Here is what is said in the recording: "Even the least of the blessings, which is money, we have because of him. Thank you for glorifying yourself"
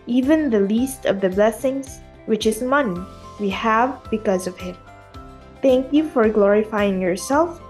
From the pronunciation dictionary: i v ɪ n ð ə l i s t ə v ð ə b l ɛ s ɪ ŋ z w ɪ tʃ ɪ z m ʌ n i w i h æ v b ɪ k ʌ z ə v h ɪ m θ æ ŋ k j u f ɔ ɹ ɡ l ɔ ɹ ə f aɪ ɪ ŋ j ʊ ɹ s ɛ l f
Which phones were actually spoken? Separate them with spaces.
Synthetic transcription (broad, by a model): i v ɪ n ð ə l i s t ə v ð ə b l ɛ s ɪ ŋ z w ɪ tʃ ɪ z m ʌ n i w i h æ v b ɪ k ʌ z ə v h ɪ m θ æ ŋ k j u f ɔ ɹ ɡ l ɔ ɹ ə f aɪ ɪ ŋ j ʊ ɹ s ɛ l f